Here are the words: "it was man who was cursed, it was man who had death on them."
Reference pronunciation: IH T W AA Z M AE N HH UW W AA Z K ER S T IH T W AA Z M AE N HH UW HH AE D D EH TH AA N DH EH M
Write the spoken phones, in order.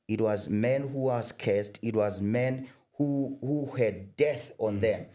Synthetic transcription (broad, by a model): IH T W AA Z M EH N HH UW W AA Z K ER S T IH T W AA Z M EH N HH UW HH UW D D EH TH AA N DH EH M